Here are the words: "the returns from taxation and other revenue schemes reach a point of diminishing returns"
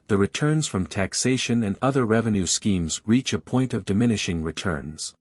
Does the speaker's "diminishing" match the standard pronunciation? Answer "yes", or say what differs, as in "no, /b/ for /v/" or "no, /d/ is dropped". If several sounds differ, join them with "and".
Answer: yes